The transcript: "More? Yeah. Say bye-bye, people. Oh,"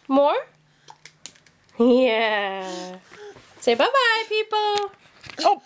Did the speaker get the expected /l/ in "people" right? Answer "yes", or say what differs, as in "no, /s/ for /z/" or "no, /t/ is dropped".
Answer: yes